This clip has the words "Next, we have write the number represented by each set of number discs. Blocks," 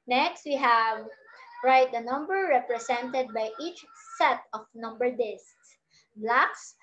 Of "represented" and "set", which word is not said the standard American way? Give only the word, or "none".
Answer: represented